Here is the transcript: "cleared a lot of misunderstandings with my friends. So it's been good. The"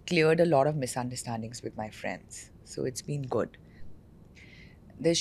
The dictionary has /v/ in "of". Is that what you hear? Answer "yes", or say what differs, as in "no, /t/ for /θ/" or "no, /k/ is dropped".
yes